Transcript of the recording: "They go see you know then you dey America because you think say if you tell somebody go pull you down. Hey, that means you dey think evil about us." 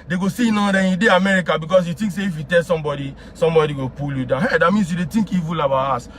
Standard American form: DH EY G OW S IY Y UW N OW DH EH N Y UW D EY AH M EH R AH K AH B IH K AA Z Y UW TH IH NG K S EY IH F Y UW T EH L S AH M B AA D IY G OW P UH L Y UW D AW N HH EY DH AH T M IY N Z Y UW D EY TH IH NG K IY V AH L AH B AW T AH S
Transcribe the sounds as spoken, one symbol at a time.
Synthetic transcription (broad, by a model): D EY G OW S IY N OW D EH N Y UW D EY AH M EH R AH K AH B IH K AA S Y UW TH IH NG K S EY IH F Y UW T EH L S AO M B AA D IY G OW P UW L Y UW D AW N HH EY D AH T M IY N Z Y UW D EY T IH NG K IY V AH L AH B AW AA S